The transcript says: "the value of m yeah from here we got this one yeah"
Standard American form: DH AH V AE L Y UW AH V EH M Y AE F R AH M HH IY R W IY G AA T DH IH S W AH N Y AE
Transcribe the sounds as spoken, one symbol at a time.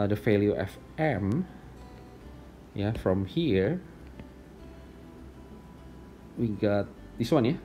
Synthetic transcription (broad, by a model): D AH F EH L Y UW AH F EH M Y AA F R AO M HH IY R W IY G AA T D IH S W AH N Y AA